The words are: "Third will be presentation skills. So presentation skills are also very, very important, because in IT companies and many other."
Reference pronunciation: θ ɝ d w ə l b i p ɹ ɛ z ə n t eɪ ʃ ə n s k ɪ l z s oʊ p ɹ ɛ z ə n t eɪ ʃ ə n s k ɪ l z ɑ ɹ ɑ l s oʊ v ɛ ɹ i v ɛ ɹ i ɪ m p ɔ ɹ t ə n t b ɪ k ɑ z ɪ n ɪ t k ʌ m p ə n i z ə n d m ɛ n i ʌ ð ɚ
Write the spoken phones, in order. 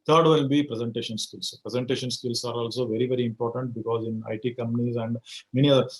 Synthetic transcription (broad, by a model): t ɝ d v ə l b i p ɹ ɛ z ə n t eɪ ʃ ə n s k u l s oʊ p ɹ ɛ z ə n t eɪ ʃ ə n s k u l s ɑ ɹ ɑ l s oʊ v ɛ ɹ i v ɛ ɹ i ɪ m p ɔ ɹ t ə n t b ɪ k ɑ z ɪ n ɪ t k ʌ m p ə n i z ə n d m ɛ n i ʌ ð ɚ